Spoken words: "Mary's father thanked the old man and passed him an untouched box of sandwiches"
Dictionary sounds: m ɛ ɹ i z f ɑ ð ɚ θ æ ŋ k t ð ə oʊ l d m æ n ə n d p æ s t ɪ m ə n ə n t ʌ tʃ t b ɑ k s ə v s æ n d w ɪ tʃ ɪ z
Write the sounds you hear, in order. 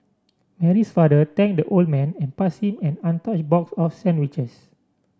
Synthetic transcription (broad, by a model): m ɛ ɹ i s f ɑ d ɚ t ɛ ŋ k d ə oʊ l d m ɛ n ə n p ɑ s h ɪ m ə n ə n t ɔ tʃ b ɑ k s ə f s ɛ n d w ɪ tʃ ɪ s